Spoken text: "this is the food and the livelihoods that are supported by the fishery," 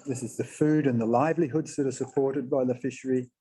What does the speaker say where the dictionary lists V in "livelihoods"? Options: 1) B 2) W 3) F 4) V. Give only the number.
4